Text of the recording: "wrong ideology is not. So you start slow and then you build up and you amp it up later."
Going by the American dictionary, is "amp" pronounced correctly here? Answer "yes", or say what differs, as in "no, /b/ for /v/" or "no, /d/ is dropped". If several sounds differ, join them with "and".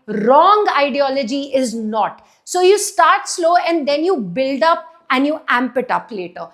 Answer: yes